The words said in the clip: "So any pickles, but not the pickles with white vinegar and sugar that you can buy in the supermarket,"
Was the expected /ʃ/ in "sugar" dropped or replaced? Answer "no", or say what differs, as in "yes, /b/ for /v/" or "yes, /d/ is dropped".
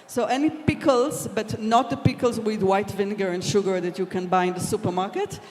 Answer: no